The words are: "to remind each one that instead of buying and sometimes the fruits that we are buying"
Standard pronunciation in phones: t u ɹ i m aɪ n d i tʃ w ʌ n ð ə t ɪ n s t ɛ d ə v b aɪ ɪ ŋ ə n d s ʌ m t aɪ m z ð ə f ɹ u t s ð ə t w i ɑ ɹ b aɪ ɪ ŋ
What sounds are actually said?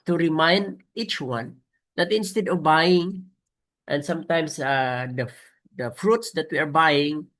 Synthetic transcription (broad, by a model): t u ɹ i m aɪ n d i tʃ w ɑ n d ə t ɪ n s t ɛ d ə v b aɪ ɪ ŋ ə n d s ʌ m t aɪ m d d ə f ɹ u t s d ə t w i ɑ ɹ b aɪ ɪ ŋ